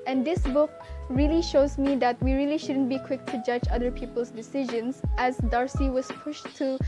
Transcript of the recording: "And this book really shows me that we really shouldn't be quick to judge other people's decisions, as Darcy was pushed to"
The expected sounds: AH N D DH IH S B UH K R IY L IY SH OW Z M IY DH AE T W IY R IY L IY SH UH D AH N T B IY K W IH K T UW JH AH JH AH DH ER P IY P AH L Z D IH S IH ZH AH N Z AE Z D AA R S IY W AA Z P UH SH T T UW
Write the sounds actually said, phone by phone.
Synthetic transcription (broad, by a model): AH N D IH S B UH K R IY L IY SH OW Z M IY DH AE T W IY R IY L IY SH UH D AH N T B IY K W IH K T UW JH AH JH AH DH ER P IY P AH L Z D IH S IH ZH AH N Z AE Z D AA R S IY W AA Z P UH SH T T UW